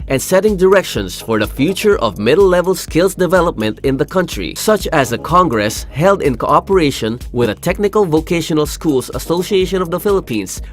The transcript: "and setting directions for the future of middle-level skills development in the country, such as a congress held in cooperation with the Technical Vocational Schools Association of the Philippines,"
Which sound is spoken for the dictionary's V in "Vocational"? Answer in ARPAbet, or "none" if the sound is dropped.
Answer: V